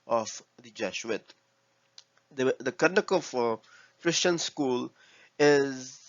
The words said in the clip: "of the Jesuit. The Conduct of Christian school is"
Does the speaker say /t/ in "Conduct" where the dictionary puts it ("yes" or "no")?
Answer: no